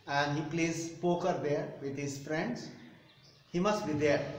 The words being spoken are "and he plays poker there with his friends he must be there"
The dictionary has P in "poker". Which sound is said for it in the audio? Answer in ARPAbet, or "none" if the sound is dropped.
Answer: P